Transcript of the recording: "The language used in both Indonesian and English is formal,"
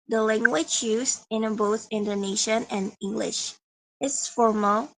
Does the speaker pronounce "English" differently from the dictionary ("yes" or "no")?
no